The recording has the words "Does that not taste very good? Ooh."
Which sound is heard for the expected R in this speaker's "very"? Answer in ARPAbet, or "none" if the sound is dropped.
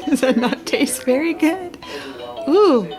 R